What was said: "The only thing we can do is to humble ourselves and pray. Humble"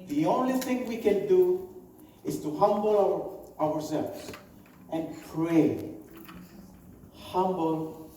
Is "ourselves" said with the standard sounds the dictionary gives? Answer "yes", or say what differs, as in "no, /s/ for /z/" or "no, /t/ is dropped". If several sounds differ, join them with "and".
no, /w/ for /ɹ/